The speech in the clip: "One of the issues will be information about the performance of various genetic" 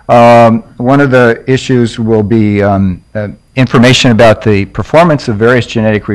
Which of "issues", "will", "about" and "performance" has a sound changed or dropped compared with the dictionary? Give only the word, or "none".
none